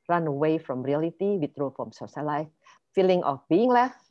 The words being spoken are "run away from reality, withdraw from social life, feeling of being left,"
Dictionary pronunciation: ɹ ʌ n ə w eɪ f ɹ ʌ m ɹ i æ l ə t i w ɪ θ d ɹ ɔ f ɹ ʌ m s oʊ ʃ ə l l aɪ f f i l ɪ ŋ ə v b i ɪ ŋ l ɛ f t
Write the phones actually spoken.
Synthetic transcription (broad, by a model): ɹ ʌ n ə w eɪ f ɹ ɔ m ɹ i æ l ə t i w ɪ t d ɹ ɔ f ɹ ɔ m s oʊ s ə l l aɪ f f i l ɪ ŋ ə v b i ɪ ŋ l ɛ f